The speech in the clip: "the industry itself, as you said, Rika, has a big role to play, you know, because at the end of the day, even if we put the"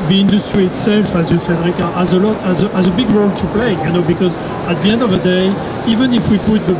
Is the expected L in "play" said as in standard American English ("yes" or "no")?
yes